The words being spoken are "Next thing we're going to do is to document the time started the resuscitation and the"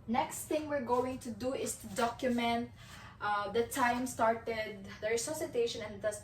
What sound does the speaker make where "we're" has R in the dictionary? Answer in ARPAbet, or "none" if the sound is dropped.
R